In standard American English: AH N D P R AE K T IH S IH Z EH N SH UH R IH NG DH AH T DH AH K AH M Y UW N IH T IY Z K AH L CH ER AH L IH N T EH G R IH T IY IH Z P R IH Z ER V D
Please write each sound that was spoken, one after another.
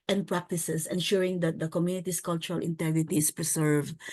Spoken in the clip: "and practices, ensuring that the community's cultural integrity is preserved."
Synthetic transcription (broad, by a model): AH N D P R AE K T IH S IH S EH N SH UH R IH NG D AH T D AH K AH M Y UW N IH T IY S K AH L CH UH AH L IH N T EH G R IH T IY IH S P R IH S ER V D